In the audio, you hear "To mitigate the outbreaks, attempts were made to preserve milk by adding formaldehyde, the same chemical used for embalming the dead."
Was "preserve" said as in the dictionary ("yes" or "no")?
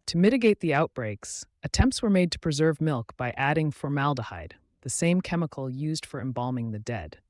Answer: yes